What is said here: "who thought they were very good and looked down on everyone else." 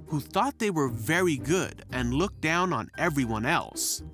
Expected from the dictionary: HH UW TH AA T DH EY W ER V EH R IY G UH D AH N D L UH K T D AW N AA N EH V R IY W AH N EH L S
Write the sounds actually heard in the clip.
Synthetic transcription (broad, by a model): HH UW TH AA T DH EY W ER V EH R IY G UH D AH N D L UH K D AW N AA N EH V R IY W AH N EH L S